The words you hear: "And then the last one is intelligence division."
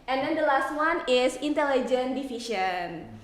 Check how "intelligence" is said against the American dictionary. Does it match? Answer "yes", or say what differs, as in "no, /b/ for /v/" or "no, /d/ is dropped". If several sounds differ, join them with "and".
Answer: no, /s/ is dropped